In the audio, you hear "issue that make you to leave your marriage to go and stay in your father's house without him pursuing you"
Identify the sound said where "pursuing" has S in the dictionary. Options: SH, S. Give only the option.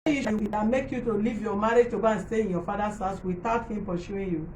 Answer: SH